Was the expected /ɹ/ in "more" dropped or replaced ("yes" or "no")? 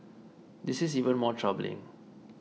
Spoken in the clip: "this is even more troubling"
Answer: no